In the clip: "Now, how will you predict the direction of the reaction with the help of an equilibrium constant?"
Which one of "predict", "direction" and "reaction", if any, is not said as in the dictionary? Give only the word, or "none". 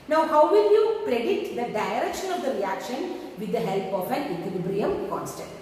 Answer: predict